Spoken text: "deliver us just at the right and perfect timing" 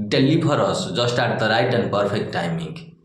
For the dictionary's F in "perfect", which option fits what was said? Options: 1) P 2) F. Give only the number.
1